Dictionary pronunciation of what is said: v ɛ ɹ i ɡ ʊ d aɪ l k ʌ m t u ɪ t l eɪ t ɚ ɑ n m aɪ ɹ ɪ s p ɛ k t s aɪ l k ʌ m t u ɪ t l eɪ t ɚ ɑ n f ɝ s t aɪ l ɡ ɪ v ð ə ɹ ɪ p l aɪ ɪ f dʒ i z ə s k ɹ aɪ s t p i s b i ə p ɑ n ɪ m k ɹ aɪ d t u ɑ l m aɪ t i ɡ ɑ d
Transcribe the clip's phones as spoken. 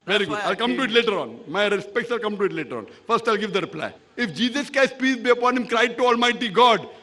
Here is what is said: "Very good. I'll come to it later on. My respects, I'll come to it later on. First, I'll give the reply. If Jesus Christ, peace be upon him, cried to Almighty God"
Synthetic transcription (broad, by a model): v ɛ ɹ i ɡ ʊ d aɪ l k ʌ m t u ɪ t l eɪ t ɚ ɑ n m aɪ ɹ ɪ s p ɛ k t s aɪ l k ʌ m t u ɪ t l eɪ t ɚ ɑ n f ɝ s t aɪ l ɡ ɪ v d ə ɹ ɪ p l aɪ ɪ f dʒ i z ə s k aɪ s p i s b i ə p ɑ n ɪ m k ɹ aɪ d t u ɑ l m aɪ t i ɡ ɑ d